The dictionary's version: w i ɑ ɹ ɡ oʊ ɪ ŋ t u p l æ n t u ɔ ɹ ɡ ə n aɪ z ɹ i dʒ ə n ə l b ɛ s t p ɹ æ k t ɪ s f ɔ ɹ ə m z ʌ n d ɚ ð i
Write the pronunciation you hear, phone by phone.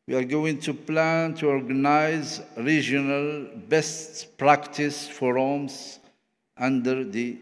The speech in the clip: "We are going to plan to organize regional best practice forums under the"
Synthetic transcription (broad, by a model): w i ɑ ɹ ɡ oʊ ɪ ŋ t u p l æ n t u ɔ ɹ ɡ ə n aɪ z ɹ i dʒ ə n ə l b ɛ s t p ɹ æ k t ɪ s f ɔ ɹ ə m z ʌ n d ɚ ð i